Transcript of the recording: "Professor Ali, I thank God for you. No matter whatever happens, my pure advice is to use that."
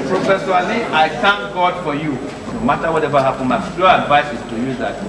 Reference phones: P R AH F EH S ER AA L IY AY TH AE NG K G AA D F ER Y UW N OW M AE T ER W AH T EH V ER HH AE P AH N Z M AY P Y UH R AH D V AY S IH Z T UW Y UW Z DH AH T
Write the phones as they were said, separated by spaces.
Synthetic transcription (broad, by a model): P R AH F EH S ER AA L IY AY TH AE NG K G AA D F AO Y UW N OW M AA T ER W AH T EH V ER HH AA P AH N M AY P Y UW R AH D V AY S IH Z T UW Y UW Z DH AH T